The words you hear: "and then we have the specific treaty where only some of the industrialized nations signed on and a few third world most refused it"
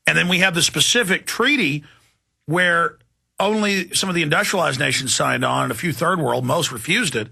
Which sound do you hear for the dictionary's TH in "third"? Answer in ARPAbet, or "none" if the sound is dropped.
TH